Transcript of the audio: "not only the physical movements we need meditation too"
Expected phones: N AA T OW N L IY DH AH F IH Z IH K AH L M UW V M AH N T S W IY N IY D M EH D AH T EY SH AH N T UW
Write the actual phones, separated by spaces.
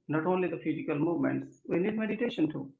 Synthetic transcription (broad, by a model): N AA T OW N L IY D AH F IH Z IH K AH L M UW V M AH N T S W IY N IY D M EH D AH T EY SH AH N T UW